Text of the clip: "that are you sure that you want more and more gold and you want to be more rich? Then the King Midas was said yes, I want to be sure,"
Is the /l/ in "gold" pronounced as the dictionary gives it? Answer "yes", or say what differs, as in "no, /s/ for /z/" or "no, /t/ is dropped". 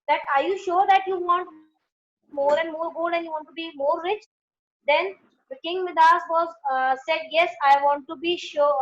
no, /l/ is dropped